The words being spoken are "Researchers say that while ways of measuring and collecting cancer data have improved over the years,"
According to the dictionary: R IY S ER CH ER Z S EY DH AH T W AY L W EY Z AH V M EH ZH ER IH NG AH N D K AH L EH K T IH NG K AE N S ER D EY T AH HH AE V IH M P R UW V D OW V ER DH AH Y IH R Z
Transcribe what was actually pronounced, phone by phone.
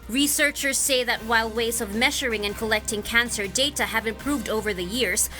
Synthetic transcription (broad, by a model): R IY S ER CH ER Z S EY DH AH T W AY L W EY Z AH V M EH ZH ER IH NG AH N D K AH L EH K T IH NG K AE N S ER D EY T AH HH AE V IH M P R UW V D OW V ER DH AH Y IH R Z